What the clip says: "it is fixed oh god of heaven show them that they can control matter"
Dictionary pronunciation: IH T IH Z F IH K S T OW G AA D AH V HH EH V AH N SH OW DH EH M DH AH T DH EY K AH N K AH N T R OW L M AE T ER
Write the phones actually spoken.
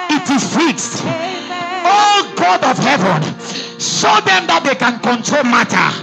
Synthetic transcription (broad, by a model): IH T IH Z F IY K S T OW G AA D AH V HH EH V AH N S OW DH EH M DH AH T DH EY K AH N K AH N T R OW L M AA T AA